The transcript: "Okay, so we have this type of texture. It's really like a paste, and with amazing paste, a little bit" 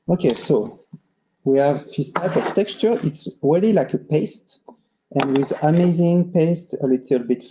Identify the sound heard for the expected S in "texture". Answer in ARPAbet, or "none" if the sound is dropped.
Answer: S